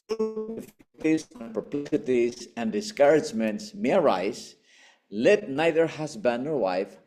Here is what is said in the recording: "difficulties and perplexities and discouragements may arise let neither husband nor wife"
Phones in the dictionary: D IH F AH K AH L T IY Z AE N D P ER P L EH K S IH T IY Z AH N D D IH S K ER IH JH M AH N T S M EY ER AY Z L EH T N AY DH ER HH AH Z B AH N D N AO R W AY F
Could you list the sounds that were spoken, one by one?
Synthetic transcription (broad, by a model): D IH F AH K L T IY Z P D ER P L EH S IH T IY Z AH N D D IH S K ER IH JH M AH N T S M EY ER AY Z L EH T N AY DH ER HH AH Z B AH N N AO R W AY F